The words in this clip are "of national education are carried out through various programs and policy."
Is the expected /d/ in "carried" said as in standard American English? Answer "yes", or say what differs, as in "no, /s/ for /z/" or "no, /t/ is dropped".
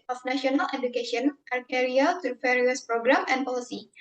no, /d/ is dropped